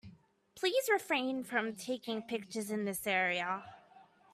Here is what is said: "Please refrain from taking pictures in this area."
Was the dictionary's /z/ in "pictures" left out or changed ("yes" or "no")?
no